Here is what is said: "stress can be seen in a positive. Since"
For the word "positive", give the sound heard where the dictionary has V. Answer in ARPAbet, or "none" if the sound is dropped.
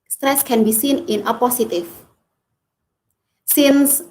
F